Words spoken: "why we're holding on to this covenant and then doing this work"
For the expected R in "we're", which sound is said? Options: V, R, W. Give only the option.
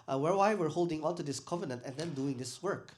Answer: R